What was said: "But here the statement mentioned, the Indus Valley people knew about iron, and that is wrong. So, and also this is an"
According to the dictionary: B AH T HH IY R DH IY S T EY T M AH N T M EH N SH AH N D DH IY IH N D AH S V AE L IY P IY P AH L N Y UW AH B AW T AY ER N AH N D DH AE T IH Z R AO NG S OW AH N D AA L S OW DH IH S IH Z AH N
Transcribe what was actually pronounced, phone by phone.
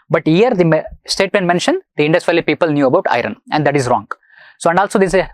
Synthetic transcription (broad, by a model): B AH T HH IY R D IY S T EY T M AH N T M EH N SH AH N D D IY IH N D AH S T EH L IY P IY P AH L N Y UW AH B AW T AY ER N AH N D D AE T IH Z R AO NG S OW AH N D AA L S OW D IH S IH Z